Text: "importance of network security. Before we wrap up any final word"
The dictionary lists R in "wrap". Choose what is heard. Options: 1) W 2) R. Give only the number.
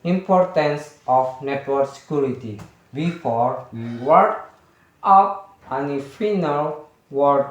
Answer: 1